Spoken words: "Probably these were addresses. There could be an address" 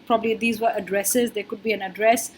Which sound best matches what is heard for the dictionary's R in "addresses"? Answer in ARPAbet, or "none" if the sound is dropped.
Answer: R